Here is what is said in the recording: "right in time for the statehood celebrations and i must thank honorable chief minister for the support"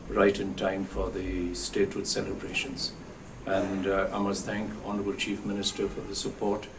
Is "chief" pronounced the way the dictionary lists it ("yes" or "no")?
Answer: yes